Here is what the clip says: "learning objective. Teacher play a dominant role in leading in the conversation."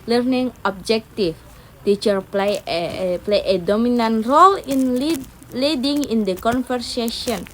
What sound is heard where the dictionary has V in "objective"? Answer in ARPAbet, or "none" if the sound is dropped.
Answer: F